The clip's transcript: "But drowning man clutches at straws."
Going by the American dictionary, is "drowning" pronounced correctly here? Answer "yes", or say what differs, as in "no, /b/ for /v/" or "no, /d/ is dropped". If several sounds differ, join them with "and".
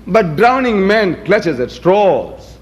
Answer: yes